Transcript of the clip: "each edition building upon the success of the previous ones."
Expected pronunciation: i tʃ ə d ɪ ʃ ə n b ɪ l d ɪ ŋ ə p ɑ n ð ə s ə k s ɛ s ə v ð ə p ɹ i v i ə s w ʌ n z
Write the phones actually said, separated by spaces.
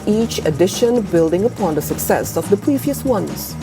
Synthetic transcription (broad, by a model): i tʃ ə d ɪ ʃ ə n b ɪ l d ɪ ŋ ə p ɑ n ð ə s ə k s ɛ s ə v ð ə p ɹ i v i ə s w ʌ n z